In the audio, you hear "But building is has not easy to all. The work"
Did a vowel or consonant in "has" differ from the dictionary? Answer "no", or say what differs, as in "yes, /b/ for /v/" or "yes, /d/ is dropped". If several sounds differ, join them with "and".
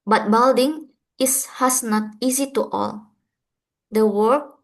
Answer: yes, /s/ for /z/